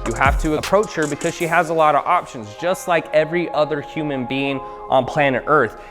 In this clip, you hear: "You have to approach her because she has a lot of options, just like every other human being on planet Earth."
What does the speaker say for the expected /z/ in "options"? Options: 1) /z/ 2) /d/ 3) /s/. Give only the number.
1